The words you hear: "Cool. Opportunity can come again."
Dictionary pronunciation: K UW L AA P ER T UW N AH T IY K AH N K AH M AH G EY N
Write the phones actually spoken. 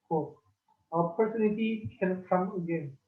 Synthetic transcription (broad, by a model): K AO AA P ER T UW N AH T IY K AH L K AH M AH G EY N